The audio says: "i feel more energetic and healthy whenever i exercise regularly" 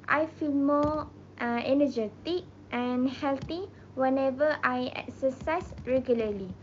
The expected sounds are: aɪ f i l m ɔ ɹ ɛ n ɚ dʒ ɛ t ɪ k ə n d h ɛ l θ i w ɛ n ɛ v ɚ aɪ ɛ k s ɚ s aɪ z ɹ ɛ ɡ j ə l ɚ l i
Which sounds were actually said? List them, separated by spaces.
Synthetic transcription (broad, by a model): aɪ f i l m ɔ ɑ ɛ n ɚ dʒ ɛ t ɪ k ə n h ɛ l t i w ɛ n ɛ v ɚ aɪ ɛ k s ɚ s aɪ s ɹ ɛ ɡ j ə l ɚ l i